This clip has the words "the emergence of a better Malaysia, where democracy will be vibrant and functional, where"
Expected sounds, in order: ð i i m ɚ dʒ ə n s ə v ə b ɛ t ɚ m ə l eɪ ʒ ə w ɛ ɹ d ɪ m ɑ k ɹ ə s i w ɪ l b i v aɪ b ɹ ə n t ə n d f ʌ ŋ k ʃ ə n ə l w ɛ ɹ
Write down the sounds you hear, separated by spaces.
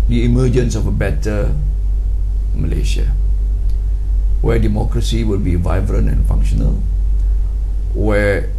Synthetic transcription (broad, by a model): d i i m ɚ dʒ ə n s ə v ə b ɛ t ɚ m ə l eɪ ʃ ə w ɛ d ɪ m ɑ k ɹ ə s i w ɪ l b i v aɪ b ɹ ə n ə n f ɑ ŋ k ʃ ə n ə l w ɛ